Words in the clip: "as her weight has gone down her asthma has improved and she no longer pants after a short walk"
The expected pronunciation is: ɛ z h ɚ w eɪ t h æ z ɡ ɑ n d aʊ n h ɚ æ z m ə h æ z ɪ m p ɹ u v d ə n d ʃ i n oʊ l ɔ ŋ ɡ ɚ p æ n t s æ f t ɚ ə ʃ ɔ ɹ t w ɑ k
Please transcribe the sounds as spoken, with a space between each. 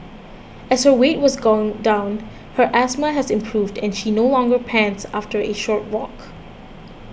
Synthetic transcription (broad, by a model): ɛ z h ɚ w eɪ t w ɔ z ɡ ɑ n d aʊ n h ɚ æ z m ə h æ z ɪ m p ɹ u v d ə n ʃ i n oʊ l ɔ ŋ ɡ ɚ p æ n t s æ f t ɚ ə ʃ ɔ ɹ t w ɑ k